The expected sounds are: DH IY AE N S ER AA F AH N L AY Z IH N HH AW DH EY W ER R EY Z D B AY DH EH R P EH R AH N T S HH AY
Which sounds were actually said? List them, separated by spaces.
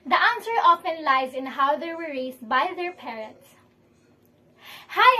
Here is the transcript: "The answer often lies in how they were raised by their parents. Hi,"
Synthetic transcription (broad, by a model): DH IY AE N S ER AA F AH N L AY Z IH N HH AW DH EY W ER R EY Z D B AY DH EH R P EH R AH N T S HH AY